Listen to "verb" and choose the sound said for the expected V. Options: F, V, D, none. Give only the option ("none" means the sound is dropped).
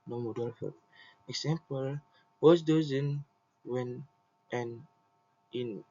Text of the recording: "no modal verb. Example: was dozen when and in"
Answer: F